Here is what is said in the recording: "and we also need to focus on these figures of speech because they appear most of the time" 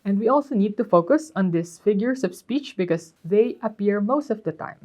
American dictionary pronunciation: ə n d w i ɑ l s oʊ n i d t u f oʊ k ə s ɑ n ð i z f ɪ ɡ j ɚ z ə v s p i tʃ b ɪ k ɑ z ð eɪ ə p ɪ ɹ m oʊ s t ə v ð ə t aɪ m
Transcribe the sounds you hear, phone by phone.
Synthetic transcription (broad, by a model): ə n d w i ɑ l s oʊ n i d t u f oʊ k ə s ɑ n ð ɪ s f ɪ ɡ j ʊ s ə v s p i tʃ b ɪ k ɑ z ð eɪ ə p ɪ ɹ m oʊ s t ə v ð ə t aɪ m